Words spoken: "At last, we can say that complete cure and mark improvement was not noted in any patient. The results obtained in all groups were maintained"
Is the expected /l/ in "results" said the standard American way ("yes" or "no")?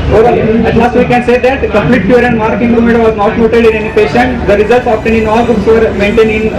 yes